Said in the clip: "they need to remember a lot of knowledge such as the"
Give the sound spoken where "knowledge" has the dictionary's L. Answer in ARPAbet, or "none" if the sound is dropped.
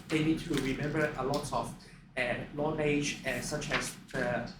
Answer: N